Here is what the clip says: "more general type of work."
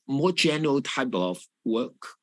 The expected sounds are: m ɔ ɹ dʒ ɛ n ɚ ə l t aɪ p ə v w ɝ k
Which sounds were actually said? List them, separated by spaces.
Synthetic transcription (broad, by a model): m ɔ dʒ ɛ n ɚ ə l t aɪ b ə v w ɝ k